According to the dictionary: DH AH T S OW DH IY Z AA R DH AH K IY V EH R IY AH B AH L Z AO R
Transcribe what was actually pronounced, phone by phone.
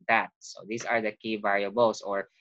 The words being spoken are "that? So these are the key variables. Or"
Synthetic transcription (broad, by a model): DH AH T S OW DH IY S AA R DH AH K IY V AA R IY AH B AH L S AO R